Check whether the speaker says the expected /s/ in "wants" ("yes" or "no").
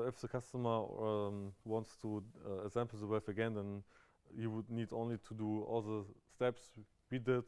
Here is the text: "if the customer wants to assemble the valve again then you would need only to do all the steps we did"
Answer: yes